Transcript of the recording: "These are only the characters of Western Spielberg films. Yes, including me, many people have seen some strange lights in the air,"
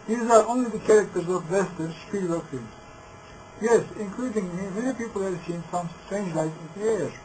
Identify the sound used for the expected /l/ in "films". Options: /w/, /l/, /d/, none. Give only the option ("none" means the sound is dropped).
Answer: none